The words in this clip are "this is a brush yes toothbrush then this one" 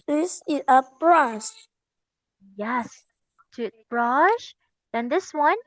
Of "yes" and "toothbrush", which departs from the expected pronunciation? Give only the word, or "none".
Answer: toothbrush